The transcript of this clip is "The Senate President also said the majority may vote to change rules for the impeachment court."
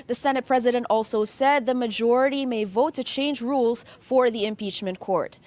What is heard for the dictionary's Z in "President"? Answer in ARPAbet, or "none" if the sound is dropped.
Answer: Z